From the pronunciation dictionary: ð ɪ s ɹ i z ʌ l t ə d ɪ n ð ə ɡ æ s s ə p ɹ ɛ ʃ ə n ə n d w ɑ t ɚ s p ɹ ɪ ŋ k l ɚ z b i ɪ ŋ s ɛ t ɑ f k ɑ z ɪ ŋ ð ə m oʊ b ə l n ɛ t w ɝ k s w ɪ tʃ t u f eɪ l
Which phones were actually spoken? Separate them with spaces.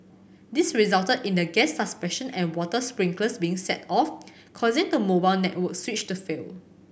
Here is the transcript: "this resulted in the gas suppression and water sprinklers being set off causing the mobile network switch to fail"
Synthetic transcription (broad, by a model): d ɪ s ɹ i z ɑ l t ə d ɪ n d ə ɡ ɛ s s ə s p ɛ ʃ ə n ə n w ɑ t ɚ s p ɹ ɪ ŋ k l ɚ s b i ɪ ŋ s ɛ t ɑ f k ɑ z ɪ ŋ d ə m oʊ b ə l n ɛ t w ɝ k s w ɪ tʃ t u f eɪ l